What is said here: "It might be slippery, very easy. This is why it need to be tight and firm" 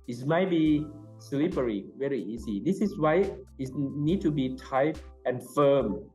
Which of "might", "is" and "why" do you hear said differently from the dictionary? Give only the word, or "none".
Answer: is